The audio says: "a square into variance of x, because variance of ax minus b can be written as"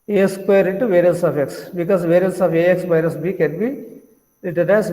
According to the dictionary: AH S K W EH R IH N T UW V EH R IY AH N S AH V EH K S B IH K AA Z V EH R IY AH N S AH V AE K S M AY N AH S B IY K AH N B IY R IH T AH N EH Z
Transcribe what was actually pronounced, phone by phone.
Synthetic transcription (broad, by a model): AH S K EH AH R IH N T UW V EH R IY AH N S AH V EH K S B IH K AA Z V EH R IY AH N S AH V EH K S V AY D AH S B IY K AH N B IY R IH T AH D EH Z